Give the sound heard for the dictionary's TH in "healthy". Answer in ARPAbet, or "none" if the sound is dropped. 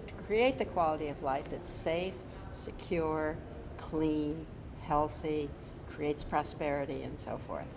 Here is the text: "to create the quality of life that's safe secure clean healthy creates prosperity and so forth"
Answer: TH